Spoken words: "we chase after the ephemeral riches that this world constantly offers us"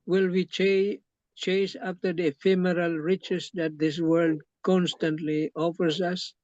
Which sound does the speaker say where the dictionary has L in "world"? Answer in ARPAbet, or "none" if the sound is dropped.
L